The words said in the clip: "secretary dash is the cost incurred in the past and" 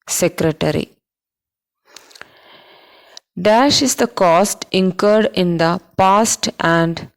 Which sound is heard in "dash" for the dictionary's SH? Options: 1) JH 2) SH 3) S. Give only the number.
2